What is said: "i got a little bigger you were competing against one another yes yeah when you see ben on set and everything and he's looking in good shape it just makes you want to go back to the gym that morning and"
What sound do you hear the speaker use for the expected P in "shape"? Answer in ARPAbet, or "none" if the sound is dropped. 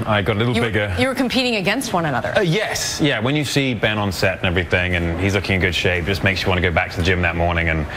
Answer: none